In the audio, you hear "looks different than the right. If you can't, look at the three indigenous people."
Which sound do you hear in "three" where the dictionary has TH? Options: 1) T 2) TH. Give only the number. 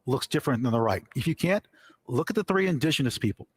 2